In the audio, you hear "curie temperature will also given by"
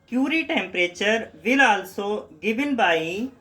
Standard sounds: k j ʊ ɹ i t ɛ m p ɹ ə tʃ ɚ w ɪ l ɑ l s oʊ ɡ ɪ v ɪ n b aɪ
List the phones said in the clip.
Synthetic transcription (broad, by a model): k j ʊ ɹ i t ɛ m p ɹ ə tʃ ɚ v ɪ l ɑ l s oʊ ɡ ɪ b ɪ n b aɪ